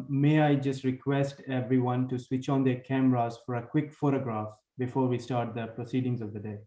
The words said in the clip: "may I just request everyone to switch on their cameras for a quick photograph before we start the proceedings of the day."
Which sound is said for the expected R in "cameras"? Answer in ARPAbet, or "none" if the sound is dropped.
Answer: R